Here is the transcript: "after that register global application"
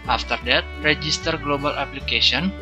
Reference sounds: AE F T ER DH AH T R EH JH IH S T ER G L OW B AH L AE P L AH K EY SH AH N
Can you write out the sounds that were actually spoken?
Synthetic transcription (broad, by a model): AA F T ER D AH T R EH JH IH S T ER G L OW B AH L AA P L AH K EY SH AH N